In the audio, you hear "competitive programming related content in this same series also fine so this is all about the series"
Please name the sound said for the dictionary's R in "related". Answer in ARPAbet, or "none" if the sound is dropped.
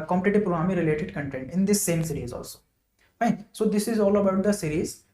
R